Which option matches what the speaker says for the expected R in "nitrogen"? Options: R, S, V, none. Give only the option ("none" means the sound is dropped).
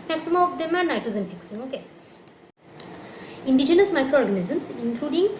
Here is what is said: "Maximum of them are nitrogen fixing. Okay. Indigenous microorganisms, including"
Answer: none